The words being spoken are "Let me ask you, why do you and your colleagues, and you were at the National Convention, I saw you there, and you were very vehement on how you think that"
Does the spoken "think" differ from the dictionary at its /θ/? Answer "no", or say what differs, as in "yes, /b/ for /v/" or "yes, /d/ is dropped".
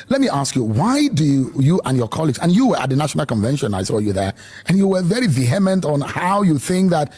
no